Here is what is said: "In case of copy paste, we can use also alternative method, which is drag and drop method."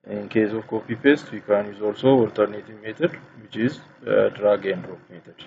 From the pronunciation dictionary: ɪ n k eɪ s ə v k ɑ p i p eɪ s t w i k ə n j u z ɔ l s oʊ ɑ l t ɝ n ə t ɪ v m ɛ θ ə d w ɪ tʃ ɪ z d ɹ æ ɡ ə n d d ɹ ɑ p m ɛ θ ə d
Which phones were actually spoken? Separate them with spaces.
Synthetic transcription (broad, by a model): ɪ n k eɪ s ə v k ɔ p i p eɪ s t w i k ə n j u z ɔ l s oʊ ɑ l t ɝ n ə t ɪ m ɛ t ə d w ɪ tʃ ɪ z d ɹ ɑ ɡ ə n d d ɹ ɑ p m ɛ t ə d